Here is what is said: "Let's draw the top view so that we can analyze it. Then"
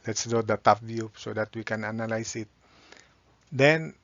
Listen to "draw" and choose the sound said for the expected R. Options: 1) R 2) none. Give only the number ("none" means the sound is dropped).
2